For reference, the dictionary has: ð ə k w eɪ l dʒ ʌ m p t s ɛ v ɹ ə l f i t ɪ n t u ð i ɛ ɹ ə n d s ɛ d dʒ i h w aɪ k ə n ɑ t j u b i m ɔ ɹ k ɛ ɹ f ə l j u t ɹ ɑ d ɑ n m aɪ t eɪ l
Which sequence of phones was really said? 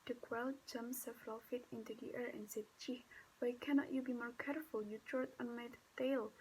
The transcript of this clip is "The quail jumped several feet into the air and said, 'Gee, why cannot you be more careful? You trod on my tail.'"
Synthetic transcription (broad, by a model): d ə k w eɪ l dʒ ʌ m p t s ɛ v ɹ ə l f i t ɪ n t u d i ɛ ɹ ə n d s ɛ d tʃ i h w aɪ k ə n ɑ t j u b i m ɔ ɹ k ɛ ɹ f ə l j u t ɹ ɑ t ɑ n m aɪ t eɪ l